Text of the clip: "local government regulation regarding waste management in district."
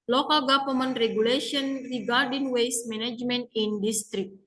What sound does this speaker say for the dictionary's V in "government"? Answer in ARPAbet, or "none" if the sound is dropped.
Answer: P